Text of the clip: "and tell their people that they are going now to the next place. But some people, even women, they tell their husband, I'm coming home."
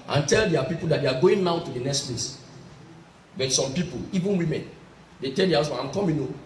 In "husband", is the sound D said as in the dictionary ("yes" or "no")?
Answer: no